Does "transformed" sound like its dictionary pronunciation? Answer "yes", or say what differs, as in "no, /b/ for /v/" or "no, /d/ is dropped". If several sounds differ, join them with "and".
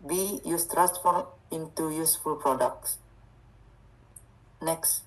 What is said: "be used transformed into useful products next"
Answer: no, /d/ is dropped